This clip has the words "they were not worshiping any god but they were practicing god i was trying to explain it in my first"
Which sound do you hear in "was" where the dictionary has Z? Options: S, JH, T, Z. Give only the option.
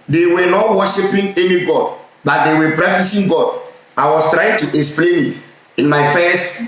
S